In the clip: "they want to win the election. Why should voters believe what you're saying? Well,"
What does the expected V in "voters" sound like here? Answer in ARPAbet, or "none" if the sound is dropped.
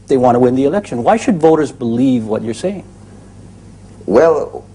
V